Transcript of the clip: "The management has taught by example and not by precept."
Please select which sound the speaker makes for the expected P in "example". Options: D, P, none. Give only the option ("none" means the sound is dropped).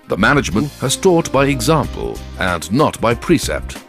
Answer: P